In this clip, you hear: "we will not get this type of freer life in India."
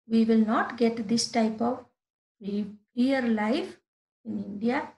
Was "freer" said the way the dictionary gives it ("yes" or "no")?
no